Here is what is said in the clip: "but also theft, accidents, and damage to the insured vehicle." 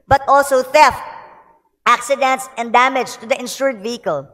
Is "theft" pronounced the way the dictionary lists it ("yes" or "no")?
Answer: yes